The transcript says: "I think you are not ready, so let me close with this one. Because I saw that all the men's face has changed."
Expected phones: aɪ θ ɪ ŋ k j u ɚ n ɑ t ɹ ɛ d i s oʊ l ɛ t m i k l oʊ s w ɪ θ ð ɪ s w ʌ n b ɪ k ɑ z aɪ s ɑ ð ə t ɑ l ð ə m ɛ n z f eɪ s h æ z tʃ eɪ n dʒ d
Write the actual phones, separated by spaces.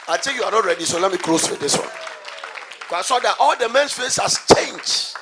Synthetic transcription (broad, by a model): aɪ t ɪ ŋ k j u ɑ n ɑ t ɹ ɛ d i s oʊ l ɛ t m i k l oʊ s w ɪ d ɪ s w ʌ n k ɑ ɪ s ɑ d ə t ɑ l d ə m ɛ n s f eɪ s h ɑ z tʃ eɪ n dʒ